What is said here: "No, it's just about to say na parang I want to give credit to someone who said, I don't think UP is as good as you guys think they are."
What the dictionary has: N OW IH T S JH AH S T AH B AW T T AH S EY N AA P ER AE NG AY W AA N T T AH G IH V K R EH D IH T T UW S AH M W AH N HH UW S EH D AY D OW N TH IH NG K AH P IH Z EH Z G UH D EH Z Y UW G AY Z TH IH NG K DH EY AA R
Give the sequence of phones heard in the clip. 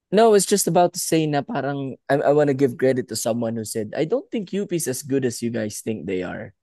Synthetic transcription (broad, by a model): N OW IH T S JH AH S T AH B AW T T AH S EY N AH P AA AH NG AY W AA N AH G IH V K R EH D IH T T UW S AH M W AH N HH UW S EH D AY D OW N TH IH NG K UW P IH S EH S G UH D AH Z Y UW G AY S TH IH NG K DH EY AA R